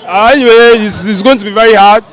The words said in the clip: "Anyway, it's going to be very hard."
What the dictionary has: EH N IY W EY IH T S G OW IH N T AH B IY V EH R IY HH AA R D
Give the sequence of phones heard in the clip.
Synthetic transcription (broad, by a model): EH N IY W EY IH S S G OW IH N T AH B IY V EH R IY HH AA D